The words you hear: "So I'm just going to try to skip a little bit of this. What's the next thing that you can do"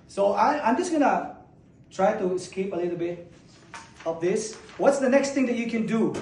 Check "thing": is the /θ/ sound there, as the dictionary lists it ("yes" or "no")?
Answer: no